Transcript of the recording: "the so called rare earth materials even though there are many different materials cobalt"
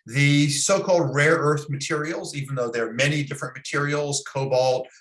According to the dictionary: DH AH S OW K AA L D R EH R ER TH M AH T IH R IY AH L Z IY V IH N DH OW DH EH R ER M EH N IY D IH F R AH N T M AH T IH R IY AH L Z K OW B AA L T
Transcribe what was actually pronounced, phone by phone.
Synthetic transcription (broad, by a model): DH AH S OW K AA L D R EH R ER TH M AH T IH R IY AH L Z IY V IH N DH OW DH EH R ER M EH N IY D IH F R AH N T M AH T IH R IY L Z K OW B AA L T